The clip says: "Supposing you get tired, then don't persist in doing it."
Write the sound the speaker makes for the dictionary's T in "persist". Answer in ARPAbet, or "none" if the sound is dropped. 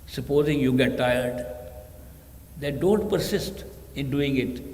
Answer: T